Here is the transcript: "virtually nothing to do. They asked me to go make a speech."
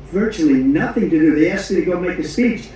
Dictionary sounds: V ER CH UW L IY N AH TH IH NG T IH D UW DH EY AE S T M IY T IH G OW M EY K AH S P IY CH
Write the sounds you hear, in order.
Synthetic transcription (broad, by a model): V ER CH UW L IY N AH TH IH NG T IH D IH DH EY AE S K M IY T IH G OW M EY K AH S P IY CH